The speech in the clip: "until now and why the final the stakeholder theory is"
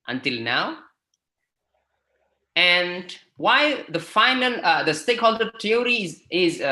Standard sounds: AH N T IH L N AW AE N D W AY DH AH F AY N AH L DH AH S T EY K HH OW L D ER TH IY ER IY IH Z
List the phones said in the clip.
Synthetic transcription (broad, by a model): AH N T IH L N AW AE N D W AY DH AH F AY N AH L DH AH S T EY K HH OW L D ER T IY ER IY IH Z